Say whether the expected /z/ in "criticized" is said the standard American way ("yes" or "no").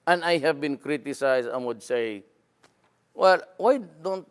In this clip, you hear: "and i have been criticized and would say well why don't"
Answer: no